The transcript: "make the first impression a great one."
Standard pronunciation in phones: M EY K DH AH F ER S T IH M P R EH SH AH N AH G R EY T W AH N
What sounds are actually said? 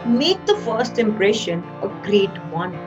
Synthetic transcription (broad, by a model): M EY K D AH F ER S T IH M P R EH SH AH N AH G R EY T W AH N